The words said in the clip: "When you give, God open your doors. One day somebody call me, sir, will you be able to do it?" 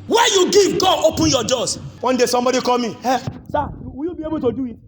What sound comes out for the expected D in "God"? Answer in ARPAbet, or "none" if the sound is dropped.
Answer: none